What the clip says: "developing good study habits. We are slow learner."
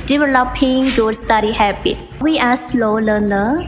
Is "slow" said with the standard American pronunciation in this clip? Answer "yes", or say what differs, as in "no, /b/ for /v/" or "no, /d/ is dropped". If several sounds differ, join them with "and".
yes